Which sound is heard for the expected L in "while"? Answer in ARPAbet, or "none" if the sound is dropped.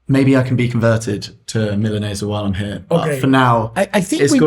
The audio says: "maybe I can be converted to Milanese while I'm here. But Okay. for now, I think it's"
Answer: L